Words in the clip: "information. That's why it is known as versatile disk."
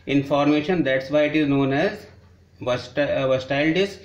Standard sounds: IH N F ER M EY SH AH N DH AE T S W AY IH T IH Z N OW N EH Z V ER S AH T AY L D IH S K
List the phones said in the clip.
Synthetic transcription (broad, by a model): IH N F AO M EY SH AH N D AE T S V AY IH T IH Z N OW N EH Z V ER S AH T AY L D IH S